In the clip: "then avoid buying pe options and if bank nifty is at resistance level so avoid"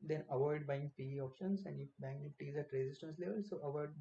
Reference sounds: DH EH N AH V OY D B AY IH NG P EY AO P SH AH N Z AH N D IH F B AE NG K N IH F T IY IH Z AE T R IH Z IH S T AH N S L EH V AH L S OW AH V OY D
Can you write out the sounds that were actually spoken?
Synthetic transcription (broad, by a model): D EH N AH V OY D B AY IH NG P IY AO P SH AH N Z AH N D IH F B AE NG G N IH T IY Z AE T R IH Z IH S T AH N S L EH V AH L S OW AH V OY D